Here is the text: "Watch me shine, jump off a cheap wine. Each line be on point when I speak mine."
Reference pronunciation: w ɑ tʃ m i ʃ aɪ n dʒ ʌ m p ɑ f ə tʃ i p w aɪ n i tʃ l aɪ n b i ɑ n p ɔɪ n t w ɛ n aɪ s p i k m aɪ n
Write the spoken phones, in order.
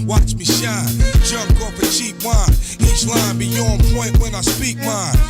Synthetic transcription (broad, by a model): w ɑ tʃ m i ʃ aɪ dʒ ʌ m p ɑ p ə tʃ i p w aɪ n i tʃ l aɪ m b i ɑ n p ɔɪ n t w ɛ n aɪ s p i k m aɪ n